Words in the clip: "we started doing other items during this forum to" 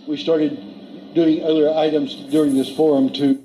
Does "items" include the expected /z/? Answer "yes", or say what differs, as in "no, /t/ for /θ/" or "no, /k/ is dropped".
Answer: yes